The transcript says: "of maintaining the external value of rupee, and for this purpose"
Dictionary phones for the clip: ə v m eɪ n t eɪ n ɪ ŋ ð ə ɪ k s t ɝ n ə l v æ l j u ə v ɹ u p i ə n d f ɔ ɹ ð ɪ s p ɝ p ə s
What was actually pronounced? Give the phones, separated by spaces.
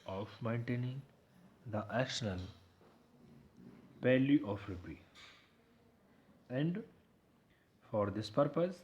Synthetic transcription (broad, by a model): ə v m eɪ n t eɪ n ɪ ŋ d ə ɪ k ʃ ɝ n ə l p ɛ l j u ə f ɹ u p i ə n d f ɔ ɹ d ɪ s p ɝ p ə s